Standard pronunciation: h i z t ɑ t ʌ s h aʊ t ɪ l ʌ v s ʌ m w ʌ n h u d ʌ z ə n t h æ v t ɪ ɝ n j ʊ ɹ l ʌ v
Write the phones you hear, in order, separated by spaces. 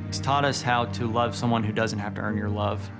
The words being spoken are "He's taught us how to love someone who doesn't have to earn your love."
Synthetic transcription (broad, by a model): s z t ɑ t ʌ s h aʊ t ɪ l ʌ v s ʌ m w ʌ n h u d ʌ z n t h æ f t ɪ ɝ n j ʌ ɹ l ʌ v